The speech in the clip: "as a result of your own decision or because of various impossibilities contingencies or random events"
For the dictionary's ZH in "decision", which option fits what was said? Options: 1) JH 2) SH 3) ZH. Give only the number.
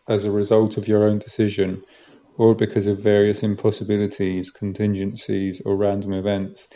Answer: 3